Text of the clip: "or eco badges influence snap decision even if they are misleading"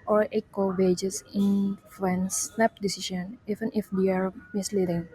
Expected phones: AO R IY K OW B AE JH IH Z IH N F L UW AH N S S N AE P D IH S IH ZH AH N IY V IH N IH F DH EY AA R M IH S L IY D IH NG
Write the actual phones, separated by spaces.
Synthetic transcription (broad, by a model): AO R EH K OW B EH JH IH S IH N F UW N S S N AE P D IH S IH SH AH N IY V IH N IH F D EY AA R M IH S L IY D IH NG